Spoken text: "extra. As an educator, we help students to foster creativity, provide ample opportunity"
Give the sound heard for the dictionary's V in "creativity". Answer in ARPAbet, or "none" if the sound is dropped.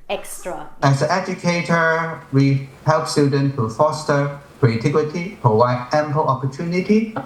W